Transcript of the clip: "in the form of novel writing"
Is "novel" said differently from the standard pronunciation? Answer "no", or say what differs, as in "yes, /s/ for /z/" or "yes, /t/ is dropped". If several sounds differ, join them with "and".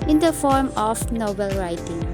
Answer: yes, /b/ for /v/